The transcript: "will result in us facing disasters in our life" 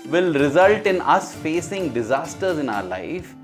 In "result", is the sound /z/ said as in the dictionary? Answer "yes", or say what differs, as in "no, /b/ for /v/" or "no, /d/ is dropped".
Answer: yes